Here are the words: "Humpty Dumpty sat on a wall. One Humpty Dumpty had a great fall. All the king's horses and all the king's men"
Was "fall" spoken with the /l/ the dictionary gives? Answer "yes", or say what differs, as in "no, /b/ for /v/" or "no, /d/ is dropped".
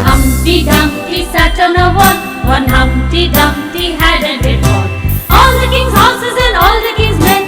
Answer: no, /n/ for /l/